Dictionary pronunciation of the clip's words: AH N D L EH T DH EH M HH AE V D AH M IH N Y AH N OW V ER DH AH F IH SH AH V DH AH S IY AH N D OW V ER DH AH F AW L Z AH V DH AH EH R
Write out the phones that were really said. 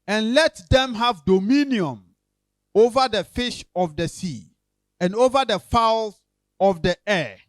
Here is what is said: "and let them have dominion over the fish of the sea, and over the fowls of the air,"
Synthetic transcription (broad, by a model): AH N L EH T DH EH M HH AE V D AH M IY N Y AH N OW V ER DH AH F IH SH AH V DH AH S IY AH N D OW V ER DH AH F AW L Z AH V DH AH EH